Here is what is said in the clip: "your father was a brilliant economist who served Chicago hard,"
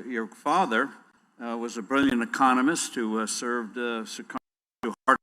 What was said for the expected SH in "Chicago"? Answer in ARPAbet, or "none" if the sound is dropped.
S